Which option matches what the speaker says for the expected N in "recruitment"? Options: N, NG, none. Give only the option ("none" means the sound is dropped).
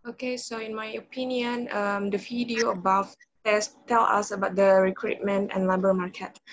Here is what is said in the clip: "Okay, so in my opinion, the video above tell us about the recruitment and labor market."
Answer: N